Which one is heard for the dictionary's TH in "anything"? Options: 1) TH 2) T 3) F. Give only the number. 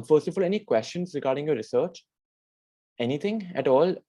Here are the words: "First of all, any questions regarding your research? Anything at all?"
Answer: 2